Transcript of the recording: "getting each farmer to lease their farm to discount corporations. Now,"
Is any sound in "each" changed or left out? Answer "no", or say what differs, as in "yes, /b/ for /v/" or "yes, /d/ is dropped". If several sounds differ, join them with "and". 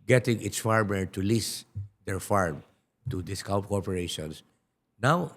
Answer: yes, /s/ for /tʃ/